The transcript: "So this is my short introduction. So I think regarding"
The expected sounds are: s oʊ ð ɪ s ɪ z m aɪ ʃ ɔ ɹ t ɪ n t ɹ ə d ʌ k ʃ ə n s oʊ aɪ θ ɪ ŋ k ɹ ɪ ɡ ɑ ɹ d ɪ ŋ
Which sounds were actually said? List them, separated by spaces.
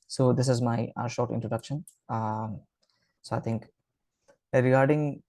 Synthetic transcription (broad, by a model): s oʊ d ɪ s ɪ z m aɪ ʃ ɔ ɹ t ɪ n t ɹ ə d ʌ k ʃ ə n s oʊ aɪ t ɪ ŋ k ɹ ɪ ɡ ɑ ɹ d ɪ ŋ